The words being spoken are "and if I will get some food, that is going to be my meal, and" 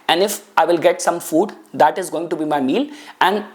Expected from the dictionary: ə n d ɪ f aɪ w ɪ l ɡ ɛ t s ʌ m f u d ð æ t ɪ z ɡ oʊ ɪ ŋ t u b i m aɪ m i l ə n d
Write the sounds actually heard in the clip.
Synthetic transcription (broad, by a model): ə n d ɪ f aɪ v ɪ l ɡ ɛ t s ʌ m f u d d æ t ɪ z ɡ oʊ ɪ ŋ t u b i m aɪ m i l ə n d